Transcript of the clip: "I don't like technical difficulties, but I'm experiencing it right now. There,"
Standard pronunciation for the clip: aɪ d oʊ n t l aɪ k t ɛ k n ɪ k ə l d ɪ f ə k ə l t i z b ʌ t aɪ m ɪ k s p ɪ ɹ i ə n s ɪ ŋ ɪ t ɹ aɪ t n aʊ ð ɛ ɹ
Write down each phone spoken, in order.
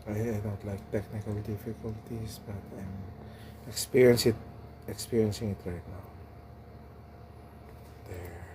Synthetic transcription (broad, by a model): aɪ d oʊ n t l aɪ k t ɛ k n ɪ k ə l d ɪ f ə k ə l t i s b ʌ t aɪ m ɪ k s p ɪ ɹ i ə n s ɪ ŋ ɪ t ɹ aɪ t n aʊ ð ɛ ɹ